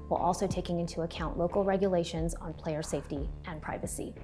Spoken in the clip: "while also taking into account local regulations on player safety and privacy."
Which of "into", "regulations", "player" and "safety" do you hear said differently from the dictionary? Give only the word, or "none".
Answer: none